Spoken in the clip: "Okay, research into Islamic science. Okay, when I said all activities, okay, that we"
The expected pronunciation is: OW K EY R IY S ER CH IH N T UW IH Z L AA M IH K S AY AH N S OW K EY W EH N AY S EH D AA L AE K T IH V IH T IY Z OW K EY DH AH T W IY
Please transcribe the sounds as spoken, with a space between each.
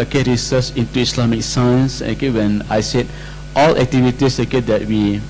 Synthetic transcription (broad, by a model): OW K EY R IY S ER S IH N T UW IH S L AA M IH K S AY AH N S OW K EY W EH N AY S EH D AA L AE K T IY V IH T IY S OW K EY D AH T W IY